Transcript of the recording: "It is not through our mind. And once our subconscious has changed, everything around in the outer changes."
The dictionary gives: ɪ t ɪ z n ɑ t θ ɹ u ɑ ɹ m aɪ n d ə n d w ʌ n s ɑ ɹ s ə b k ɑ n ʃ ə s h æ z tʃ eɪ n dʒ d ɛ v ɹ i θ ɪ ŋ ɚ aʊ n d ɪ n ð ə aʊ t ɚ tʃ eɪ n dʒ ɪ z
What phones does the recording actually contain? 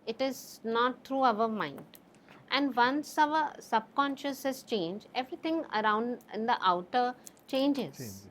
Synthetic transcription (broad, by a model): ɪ t ɪ z n ɑ t t ɹ u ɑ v m aɪ n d ə n d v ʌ n s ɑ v s ə b k ɑ n ʃ ə s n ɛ s tʃ eɪ n dʒ ɛ v ɹ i t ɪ ŋ ɚ aʊ n d ɪ n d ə aʊ t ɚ tʃ eɪ n dʒ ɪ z